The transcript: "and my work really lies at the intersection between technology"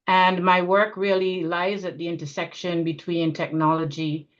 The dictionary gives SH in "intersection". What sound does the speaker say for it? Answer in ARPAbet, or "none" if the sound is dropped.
SH